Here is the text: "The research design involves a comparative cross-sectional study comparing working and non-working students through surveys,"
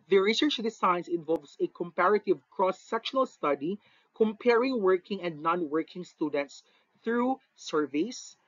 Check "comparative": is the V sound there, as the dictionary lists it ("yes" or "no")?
yes